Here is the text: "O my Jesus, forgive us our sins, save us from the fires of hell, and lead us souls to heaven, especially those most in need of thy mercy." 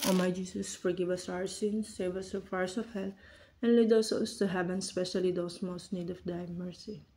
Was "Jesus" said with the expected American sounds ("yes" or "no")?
no